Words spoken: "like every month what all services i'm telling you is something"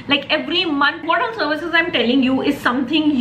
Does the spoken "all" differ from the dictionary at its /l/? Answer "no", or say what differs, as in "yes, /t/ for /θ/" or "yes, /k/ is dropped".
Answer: yes, /n/ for /l/